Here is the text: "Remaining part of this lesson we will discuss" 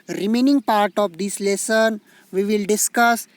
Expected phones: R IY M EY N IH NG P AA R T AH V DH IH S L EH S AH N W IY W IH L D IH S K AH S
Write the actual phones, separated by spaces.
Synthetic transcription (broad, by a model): R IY M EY N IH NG P AA R T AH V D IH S L EH S AH N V IY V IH L D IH S K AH S